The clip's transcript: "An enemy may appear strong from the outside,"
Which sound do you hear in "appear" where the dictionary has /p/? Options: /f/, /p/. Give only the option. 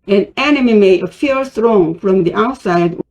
/f/